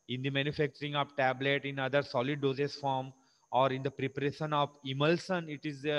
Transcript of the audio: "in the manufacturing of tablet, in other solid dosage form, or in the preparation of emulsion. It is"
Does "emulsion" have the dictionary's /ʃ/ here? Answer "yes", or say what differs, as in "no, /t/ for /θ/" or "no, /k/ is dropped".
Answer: no, /s/ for /ʃ/